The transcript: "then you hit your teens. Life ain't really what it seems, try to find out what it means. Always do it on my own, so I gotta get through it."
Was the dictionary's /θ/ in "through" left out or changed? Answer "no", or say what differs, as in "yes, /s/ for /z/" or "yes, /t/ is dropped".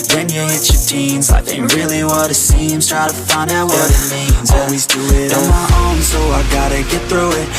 no